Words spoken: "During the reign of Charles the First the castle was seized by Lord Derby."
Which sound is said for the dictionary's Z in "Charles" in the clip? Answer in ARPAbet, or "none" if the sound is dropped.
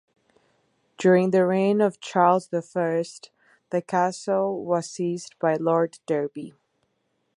Z